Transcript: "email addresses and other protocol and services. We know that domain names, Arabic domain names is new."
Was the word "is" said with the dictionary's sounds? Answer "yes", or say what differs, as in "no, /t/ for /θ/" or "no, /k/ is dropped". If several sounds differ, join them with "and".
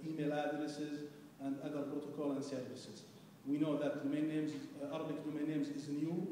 yes